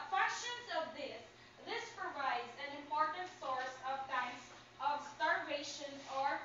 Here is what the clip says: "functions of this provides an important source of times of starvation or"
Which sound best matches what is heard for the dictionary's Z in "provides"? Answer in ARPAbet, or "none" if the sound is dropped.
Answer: Z